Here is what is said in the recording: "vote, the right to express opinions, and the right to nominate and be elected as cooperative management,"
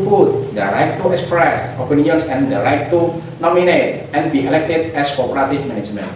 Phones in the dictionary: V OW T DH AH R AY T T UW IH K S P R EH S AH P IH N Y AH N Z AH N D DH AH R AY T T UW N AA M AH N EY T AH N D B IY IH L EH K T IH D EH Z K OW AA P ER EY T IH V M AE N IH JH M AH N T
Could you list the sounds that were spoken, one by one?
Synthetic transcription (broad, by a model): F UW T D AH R AY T T UW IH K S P R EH S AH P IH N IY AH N S AH N D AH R AY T T UW N AA M AH N EY T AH N B IY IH L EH K T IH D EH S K OW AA P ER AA T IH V M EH N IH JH M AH N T